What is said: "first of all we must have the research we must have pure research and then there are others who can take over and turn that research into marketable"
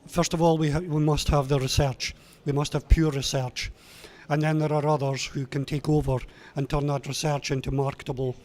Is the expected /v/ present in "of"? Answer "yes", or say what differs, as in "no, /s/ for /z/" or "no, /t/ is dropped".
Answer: yes